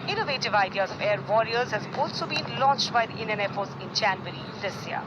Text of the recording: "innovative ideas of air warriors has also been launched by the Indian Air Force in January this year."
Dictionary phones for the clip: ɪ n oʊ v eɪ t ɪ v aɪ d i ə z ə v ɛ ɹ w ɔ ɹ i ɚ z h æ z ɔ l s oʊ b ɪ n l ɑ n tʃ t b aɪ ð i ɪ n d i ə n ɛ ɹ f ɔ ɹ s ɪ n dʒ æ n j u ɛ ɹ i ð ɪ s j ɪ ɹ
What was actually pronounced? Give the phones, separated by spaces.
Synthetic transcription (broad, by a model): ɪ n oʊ v eɪ t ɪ v aɪ d i ə z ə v ɛ ɹ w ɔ ɹ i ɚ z h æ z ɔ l s oʊ b ɪ n l ɑ n tʃ t b aɪ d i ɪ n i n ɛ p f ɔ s ɪ n tʃ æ n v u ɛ ɹ i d ɪ s j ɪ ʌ